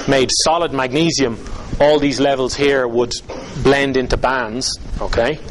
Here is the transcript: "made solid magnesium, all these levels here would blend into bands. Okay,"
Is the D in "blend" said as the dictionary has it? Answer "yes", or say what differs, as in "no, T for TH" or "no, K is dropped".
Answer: yes